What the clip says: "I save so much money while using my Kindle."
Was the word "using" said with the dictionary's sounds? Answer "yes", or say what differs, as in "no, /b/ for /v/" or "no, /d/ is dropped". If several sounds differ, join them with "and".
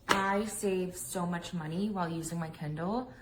yes